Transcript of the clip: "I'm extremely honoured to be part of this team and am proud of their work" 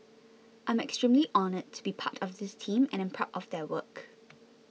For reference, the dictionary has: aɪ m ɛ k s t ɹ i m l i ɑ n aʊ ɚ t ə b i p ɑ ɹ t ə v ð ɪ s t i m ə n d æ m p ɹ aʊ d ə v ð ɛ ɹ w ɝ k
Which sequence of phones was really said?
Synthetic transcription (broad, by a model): aɪ m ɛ k s t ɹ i m l i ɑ n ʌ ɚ t ə b i p ɑ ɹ t ə v ð ɪ s t i m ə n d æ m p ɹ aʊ ə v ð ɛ w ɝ k